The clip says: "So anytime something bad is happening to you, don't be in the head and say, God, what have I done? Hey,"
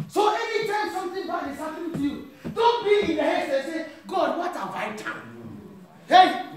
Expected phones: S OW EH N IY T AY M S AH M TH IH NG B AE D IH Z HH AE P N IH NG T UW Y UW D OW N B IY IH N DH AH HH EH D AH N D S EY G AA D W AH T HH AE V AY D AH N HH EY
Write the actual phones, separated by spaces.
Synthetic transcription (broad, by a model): S OW EH N IY T AY M S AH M T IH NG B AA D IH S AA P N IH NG T UW Y UW D OW N B IY IH N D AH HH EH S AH S EY G AA D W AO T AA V AY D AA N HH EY